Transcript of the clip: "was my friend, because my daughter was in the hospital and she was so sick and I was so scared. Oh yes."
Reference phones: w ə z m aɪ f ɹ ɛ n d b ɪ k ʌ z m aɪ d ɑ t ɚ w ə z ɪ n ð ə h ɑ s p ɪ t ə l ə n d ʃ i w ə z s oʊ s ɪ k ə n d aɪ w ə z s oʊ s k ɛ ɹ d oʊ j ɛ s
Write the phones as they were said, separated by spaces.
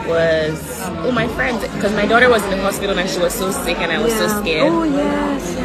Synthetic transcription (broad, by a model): w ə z m aɪ f ɹ ɛ n d k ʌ z m aɪ d ɑ t ɚ w ə z ɪ n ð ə h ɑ s p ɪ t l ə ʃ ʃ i w ə z s oʊ s ɪ k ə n aɪ w ə z s oʊ s k ɛ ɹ oʊ j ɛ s